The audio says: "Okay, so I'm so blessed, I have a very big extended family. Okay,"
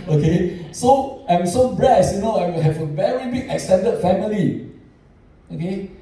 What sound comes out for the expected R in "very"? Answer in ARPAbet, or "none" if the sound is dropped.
R